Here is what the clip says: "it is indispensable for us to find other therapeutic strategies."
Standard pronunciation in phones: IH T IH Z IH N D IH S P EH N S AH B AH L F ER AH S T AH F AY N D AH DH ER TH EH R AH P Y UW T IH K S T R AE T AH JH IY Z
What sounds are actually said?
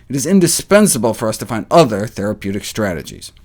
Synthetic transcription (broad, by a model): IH T IH Z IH N D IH S P EH N S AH B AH L F ER AH S T AH F AY N D AH DH ER TH EH R AH P Y UW T IH K S T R AE T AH JH IY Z